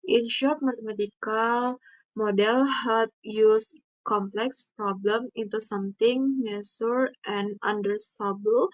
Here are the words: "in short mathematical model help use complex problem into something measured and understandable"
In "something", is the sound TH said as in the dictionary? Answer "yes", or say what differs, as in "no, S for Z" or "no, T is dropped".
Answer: no, T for TH